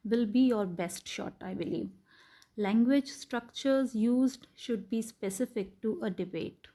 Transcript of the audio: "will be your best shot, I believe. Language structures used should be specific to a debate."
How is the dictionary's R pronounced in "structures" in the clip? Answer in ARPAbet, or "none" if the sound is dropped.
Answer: R